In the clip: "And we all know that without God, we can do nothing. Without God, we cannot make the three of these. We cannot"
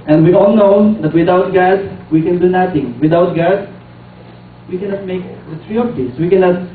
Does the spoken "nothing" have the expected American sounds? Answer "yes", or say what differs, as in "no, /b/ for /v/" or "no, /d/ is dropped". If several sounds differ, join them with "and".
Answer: no, /t/ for /θ/